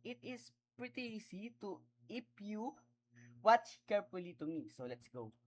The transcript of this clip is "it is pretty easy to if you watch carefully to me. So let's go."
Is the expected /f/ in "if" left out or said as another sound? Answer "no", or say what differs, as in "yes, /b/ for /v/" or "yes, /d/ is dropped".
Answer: yes, /p/ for /f/